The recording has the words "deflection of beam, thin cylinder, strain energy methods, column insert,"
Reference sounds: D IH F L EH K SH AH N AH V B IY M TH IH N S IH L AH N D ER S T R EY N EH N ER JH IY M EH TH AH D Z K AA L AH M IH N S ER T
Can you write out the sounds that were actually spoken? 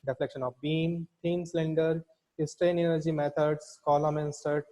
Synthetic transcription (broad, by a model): D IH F L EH K SH AH N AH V B IY M T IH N S L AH N D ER S T R EY N EH N ER JH IY M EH T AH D S K AA L AH M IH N S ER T